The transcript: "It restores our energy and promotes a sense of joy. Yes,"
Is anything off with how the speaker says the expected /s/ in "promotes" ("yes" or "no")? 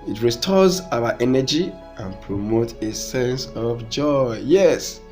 yes